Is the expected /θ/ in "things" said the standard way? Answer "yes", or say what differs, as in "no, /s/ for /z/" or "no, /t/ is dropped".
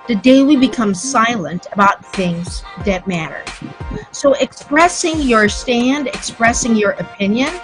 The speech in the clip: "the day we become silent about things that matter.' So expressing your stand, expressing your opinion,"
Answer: yes